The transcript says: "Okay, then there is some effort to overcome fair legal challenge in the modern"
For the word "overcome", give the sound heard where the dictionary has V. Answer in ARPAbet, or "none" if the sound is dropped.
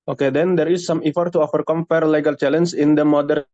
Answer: F